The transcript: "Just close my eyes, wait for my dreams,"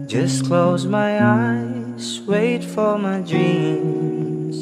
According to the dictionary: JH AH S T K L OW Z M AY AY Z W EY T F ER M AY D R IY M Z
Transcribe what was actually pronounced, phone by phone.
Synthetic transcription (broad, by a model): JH AH S K L OW Z M AY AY S W EY T F ER M AY D R IY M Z